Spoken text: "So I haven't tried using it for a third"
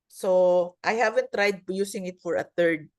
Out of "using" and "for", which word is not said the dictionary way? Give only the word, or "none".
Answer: using